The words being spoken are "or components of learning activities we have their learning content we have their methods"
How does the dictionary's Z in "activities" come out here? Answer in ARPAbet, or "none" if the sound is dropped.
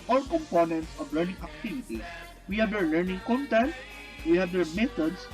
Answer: S